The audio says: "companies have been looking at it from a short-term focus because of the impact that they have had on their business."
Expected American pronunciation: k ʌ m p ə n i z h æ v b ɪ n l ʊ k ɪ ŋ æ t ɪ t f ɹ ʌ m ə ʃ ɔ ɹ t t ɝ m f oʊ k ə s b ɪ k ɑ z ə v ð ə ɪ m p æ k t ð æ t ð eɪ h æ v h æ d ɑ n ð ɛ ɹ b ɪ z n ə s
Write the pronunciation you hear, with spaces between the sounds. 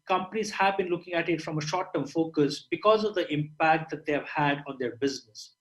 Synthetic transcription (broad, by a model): k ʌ m p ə n i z h æ v b ɪ n l ʊ k ɪ ŋ æ t ɪ t f ɹ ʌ m ə ʃ ɔ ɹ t t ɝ m f oʊ k ə s b ɪ k ɑ z ə v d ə ɪ m p æ k t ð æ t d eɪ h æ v h æ d ɑ n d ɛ ɹ b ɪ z n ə s